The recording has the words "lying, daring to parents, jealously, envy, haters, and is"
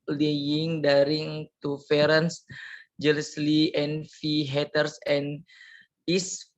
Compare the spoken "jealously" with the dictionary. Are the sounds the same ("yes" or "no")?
yes